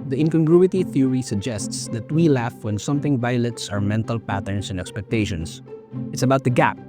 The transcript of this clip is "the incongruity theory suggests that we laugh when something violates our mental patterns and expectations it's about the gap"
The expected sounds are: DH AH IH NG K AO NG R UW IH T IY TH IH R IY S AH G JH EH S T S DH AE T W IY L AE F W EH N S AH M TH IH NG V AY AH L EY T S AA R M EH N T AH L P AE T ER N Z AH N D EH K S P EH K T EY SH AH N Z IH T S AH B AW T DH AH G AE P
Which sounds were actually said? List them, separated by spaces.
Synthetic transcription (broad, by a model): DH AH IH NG K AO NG R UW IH T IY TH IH R IY S AH G JH EH S T S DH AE T W IY L AE F W EH N S AH M TH IH NG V AY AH L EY T S AA R M EH N T AH L P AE T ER N S AH N D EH K S P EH K T EY SH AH N S IH T S AH B AW T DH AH G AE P